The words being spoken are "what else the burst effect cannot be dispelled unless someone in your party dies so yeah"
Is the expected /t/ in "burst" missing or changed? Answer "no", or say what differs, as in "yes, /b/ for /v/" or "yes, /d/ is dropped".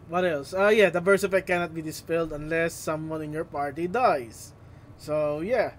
yes, /t/ is dropped